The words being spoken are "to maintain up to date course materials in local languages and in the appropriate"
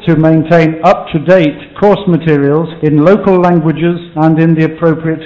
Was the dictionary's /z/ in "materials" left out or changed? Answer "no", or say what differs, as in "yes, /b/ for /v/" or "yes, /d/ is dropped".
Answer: no